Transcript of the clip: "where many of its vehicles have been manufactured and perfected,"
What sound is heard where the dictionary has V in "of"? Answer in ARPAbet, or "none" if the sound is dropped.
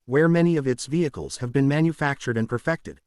V